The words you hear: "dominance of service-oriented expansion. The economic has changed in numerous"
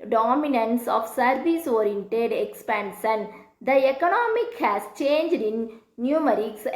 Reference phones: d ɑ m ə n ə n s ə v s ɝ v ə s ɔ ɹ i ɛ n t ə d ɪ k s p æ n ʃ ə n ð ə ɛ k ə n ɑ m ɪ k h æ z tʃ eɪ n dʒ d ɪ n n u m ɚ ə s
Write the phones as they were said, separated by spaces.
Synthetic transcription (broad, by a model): d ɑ m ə n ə n s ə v s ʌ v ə s ɔ ɹ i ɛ n t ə d ɪ k s p æ n ʃ ə n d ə ɛ k ə n ɑ m ɪ k h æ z tʃ eɪ n dʒ d ɪ n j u m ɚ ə s